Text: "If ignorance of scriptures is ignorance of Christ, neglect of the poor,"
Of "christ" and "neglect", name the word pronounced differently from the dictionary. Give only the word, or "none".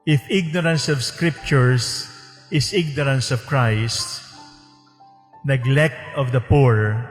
none